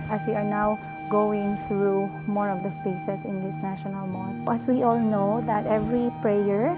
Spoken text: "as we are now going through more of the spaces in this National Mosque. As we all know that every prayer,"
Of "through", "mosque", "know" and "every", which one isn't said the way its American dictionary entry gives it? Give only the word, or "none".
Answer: mosque